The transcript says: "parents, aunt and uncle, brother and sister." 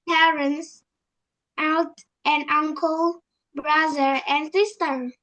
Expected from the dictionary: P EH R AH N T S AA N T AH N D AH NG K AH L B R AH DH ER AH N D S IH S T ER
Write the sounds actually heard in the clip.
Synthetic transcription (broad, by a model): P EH R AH N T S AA L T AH N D AH NG K AH L B R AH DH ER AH N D S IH S T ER